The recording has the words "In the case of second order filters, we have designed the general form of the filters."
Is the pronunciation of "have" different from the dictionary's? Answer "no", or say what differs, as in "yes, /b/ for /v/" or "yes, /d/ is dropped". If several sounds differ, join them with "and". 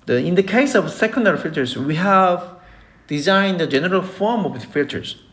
no